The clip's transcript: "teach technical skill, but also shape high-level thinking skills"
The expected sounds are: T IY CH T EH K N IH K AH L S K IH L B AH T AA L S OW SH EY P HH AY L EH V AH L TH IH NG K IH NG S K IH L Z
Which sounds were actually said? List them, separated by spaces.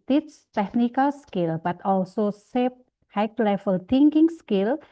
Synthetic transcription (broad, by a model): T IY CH T EH K N IH K AH L S K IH L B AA T AA L S OW S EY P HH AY L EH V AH L T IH NG K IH NG S K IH L